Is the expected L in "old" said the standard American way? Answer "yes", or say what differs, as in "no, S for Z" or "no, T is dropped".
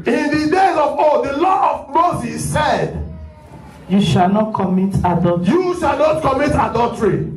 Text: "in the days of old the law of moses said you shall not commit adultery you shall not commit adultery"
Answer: no, L is dropped